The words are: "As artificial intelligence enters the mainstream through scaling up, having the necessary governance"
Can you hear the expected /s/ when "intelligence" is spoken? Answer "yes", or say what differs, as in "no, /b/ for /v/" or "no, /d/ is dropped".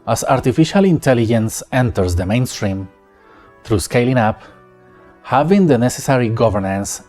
yes